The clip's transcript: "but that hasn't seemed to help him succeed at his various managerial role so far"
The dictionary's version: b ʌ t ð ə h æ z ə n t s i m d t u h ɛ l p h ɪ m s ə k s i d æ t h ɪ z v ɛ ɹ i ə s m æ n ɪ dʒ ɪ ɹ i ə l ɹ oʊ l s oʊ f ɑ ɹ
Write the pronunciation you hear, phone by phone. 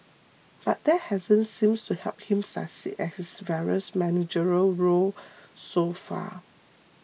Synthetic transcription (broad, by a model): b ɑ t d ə h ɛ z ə n s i m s t u h ɛ l p h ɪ m s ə s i ɛ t h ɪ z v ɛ ɹ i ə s m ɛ n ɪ dʒ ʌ ɹ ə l ɹ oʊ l s oʊ f ɑ